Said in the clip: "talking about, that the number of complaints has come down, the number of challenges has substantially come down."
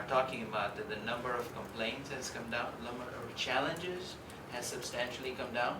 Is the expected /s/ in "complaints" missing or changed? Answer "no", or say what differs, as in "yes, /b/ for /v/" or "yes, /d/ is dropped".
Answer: no